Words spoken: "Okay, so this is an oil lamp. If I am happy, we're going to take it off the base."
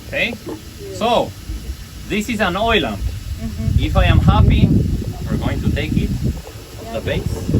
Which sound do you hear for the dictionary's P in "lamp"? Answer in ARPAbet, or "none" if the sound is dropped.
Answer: none